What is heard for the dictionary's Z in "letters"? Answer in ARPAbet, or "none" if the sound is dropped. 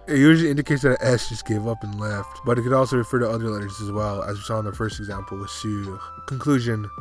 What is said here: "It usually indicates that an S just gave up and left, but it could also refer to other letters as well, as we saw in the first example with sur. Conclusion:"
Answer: Z